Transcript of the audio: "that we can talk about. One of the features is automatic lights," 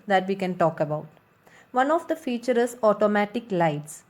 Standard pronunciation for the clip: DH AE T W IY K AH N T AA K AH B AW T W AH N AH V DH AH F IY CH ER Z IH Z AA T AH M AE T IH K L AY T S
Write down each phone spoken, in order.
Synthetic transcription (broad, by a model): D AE T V IY K AH N T AA K AH B AW T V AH N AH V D AH F IY CH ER IH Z AA T AH M AE T IH K L AY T S